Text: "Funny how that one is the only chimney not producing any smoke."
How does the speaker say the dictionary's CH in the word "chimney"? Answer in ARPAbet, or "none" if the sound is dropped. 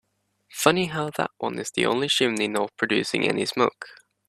SH